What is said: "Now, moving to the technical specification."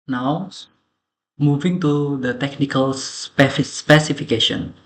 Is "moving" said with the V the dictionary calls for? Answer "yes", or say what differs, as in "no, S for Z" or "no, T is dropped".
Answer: yes